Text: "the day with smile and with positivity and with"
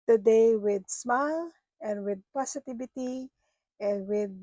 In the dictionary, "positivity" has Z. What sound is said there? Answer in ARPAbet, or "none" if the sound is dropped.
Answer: S